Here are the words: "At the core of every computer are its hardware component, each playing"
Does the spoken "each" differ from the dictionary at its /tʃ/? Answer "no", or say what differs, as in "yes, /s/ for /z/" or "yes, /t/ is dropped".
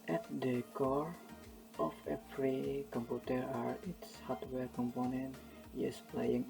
yes, /s/ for /tʃ/